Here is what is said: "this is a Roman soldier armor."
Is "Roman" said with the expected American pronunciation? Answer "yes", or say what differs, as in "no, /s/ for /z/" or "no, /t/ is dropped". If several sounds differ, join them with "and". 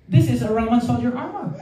no, /m/ is dropped